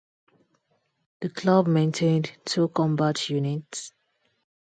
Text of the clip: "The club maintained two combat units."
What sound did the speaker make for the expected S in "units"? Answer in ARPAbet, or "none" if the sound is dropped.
S